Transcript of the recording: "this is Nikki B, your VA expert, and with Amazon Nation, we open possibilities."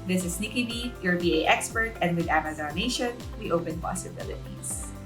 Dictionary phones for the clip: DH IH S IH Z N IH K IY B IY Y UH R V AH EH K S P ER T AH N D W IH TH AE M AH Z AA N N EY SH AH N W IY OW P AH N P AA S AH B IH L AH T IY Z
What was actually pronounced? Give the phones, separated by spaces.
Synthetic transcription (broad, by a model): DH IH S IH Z N IH K IY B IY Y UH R B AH EH K S P ER T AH N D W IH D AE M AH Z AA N N EY SH AH N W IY OW P AH N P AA S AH B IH L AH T IY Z